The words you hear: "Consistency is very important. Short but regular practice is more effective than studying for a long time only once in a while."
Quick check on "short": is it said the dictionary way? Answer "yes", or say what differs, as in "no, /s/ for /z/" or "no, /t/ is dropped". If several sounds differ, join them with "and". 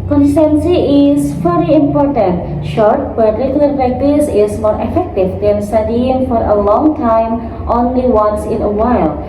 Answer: yes